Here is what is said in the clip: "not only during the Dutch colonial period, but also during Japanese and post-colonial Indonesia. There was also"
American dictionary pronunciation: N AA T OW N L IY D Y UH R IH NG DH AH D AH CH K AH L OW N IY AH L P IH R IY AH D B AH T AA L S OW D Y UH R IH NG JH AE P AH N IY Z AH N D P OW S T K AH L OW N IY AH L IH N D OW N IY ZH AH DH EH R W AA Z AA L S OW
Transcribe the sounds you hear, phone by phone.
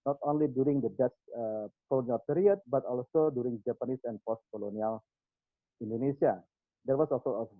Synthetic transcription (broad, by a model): N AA T OW N L IY D Y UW R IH NG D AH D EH S K AH L OW N IY AH L P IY R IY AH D B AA T AA L S OW D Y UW R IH NG JH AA P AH N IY S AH N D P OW S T K AH L OW N IY AH L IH N D OW N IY S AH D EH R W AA S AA L S OW